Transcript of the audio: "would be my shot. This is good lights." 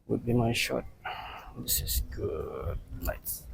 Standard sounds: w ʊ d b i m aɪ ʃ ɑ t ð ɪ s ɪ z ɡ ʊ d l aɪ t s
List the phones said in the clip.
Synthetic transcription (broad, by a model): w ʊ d b i m aɪ ʃ ɑ t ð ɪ s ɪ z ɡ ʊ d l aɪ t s